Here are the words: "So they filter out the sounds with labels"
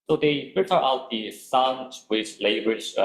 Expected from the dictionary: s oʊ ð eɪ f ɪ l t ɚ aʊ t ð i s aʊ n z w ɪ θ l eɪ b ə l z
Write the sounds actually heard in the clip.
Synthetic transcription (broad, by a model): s oʊ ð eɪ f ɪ t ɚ aʊ t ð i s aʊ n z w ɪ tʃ l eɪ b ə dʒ